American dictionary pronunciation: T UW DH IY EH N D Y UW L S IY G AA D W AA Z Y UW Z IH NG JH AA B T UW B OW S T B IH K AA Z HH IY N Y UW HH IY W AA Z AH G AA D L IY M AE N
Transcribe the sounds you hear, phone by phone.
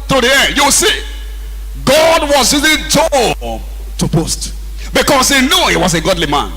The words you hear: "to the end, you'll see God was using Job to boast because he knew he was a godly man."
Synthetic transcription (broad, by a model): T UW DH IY EH N D Y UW W S IY G AA D W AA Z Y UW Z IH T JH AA T UW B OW S T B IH K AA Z HH IY N Y UW HH IY W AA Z AH G AA D L IY M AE N